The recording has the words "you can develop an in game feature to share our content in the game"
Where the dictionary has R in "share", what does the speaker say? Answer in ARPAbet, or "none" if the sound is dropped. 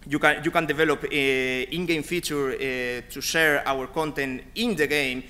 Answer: R